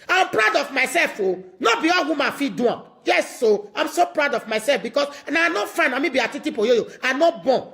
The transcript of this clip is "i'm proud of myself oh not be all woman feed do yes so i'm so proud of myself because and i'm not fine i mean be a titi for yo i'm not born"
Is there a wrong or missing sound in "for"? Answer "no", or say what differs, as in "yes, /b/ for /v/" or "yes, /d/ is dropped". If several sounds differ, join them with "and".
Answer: yes, /p/ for /f/